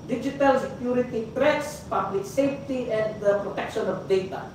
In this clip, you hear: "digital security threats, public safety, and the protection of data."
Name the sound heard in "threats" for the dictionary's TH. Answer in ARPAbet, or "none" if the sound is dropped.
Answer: T